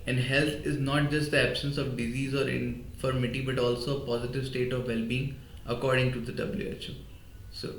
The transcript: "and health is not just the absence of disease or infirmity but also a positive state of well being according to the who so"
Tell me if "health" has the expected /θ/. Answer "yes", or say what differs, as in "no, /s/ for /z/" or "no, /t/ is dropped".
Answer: no, /t/ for /θ/